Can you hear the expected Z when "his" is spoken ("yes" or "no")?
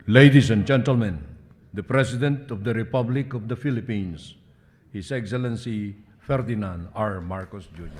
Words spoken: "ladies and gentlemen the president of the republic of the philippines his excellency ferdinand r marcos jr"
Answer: no